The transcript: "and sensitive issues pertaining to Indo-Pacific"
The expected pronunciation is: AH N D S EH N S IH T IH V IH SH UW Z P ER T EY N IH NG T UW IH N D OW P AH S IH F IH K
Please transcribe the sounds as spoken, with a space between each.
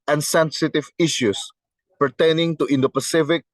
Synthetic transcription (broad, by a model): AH N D S EH N S IH T IH V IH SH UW S P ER T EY N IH NG T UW IH N D OW P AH S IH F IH K